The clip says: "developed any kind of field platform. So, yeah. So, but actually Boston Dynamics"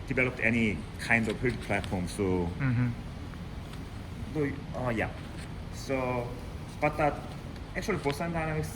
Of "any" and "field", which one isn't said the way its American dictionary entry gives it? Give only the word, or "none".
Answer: field